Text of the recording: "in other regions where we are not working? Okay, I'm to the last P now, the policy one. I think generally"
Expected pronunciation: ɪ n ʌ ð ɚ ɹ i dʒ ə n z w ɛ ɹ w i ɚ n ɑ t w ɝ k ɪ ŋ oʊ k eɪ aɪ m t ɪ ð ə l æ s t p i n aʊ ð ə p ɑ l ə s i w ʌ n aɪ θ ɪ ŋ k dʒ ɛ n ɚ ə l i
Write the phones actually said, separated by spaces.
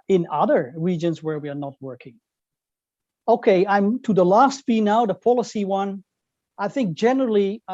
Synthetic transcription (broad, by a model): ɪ n ʌ ð ɚ ɹ i dʒ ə n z w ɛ ɹ w i ɚ n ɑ t w ɝ k ɪ ŋ oʊ k eɪ aɪ m t ɪ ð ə l æ s t b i n aʊ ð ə p ɑ l ə s i w ʌ n aɪ θ ɪ ŋ k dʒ ɛ n ɚ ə l i